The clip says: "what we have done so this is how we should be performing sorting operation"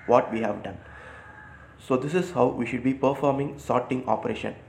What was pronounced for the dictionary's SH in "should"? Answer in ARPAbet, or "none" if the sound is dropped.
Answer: SH